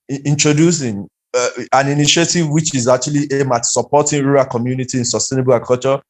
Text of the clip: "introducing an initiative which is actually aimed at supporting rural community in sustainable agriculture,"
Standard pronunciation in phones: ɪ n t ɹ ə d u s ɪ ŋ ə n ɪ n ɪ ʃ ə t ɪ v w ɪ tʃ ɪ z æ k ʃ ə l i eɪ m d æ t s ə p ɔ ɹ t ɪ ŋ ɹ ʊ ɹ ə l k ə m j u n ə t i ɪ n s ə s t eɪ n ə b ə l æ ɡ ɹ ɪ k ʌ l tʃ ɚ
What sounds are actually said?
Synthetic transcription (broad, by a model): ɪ n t ɹ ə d u s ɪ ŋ ə n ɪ n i ʃ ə t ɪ v w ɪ tʃ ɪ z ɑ k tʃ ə l i eɪ m ɑ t s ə p ɔ t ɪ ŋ ɹ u ɹ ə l k ə m j u n ə t i ɪ n s ə s t eɪ n ə b ə l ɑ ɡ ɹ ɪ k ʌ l tʃ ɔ